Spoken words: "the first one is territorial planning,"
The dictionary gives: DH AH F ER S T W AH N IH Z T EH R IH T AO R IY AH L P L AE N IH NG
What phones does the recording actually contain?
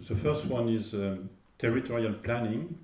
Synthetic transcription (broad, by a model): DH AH F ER S T W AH N IH Z T EH R IH T AO R IY AH L P L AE N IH NG